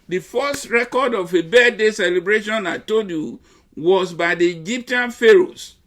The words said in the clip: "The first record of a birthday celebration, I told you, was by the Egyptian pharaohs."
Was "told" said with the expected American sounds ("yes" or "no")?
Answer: no